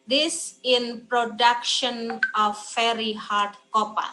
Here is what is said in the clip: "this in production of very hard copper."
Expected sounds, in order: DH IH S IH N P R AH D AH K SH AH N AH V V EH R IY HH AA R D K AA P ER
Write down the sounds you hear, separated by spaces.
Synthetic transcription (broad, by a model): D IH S IH N P R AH D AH K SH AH N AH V F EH R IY HH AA R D K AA P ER